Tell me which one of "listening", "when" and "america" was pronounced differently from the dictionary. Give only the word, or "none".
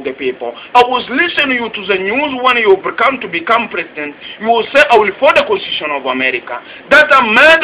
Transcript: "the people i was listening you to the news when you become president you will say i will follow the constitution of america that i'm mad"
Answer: listening